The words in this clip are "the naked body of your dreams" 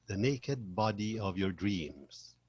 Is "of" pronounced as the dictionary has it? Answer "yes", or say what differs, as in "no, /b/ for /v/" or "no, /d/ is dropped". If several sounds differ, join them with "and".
yes